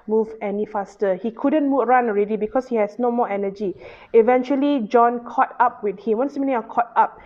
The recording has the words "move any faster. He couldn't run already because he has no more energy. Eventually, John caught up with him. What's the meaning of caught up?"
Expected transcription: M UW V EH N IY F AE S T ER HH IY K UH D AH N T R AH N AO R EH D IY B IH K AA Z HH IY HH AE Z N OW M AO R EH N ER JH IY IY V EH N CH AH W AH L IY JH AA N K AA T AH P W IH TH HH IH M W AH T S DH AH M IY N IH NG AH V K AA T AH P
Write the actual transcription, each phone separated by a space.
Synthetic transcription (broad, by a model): M UW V EH N IY F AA S T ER HH IY K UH D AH N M R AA N AO R EH D IY B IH K AA S HH IY HH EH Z N OW M AO EH N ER JH IY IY V EH N CH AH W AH L IY JH AA N K AA T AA P W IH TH HH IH M W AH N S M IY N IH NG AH K AA T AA P